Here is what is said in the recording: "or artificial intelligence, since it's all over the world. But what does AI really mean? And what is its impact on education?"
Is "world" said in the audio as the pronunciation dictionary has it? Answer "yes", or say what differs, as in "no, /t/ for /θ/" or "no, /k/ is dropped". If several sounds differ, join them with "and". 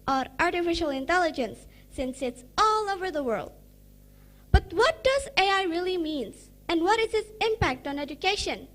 yes